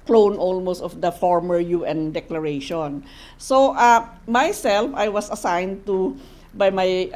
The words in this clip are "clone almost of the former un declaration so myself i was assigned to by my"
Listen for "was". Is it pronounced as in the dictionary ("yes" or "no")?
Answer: no